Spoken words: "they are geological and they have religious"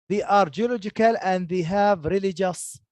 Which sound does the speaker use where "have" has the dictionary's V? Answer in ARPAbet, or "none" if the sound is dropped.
V